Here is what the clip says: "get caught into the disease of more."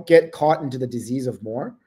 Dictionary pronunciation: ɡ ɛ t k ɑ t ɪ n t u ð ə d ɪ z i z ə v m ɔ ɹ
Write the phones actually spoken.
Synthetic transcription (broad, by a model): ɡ ɛ t k ɑ t ɪ n t u ð ə d ɪ z i z ə v m ɔ ɹ